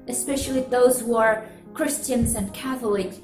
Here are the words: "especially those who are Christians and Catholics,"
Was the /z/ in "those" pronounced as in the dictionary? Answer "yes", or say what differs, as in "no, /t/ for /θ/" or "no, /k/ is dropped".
yes